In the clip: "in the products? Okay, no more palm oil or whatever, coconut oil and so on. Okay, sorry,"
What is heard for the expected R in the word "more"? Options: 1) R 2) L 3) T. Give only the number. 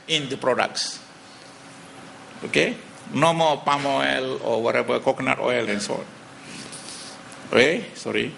2